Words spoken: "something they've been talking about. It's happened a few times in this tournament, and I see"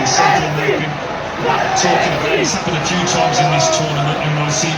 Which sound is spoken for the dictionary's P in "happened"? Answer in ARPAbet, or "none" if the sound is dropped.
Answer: B